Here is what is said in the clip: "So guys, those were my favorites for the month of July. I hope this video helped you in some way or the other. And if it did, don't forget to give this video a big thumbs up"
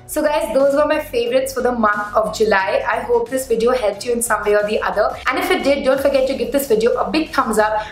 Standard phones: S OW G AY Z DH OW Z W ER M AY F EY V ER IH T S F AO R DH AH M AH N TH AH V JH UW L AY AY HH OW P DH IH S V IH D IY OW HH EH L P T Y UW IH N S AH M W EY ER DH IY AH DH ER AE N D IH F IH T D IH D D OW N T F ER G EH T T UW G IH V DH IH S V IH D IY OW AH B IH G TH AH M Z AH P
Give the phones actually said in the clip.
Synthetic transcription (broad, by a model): S OW G AY Z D OW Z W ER M AY F EY V ER IH T S F AO R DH AH M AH N T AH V JH UW L AY AY HH OW P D IH S V IH D IY OW HH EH L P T Y UW IH N S AH M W EY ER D IY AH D ER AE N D IH F IH T D IH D D OW N T F ER G EH T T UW G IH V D IH S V IH D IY OW AH B IH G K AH M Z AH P